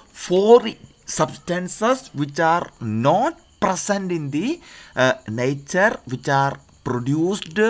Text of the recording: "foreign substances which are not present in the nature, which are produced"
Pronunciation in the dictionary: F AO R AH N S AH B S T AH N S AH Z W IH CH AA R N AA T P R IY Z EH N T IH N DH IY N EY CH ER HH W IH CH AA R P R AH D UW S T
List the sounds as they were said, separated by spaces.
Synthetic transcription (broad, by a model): F AO R S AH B S T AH N S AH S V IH CH AA R N AA T P R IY S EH N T IH N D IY N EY CH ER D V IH CH AA R P R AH D UW S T